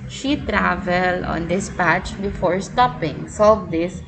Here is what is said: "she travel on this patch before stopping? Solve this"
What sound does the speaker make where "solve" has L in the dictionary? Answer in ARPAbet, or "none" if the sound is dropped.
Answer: none